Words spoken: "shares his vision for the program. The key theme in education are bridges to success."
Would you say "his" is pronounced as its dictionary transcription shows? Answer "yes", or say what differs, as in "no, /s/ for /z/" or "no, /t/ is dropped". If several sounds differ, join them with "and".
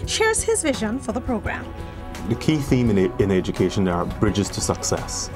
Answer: yes